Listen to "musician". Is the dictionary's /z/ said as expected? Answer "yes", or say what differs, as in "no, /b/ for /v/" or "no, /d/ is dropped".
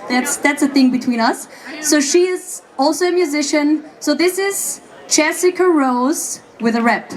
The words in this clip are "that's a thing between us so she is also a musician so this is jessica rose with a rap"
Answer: yes